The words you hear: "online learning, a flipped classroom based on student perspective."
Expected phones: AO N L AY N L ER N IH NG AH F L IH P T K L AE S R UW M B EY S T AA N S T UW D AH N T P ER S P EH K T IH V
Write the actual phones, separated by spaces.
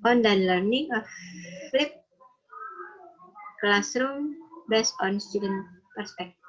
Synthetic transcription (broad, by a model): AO N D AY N L ER N IH NG AH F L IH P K L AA S R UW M B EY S AA N S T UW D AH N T P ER S P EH K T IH